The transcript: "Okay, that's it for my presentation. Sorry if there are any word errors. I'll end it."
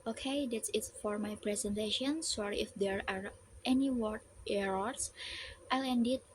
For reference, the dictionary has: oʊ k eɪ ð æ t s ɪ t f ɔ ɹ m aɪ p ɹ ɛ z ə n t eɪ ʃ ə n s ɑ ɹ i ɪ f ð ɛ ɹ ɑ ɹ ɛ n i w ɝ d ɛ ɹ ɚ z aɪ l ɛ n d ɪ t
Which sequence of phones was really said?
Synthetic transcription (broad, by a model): oʊ k eɪ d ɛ t s ɪ t f ɔ ɹ m aɪ p ɹ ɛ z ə n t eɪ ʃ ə n s ɑ ɹ i ɪ f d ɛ ɹ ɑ ɹ ɛ n i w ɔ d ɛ ɹ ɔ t aɪ l ɛ n d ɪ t